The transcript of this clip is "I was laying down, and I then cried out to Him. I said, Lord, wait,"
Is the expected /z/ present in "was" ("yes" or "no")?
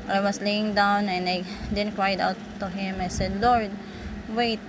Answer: no